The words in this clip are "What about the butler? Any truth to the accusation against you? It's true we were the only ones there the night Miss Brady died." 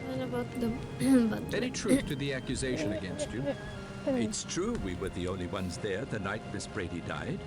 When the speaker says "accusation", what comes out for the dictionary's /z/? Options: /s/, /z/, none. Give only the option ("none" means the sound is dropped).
/z/